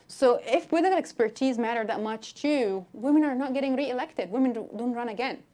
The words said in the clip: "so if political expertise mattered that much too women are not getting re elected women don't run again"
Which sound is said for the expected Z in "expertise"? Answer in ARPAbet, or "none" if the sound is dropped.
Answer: Z